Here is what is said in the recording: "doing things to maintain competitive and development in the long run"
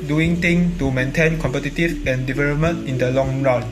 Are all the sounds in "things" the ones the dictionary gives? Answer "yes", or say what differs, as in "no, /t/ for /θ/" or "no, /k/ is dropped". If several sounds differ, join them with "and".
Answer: no, /t/ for /θ/ and /z/ is dropped